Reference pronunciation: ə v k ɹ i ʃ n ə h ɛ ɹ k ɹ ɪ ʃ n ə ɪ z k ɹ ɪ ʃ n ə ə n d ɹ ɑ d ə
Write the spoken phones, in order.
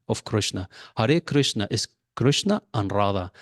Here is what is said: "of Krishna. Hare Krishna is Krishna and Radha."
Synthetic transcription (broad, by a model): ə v k ɹ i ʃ n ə h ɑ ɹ k ɹ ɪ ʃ n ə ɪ s k ɹ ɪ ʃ n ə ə n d ɹ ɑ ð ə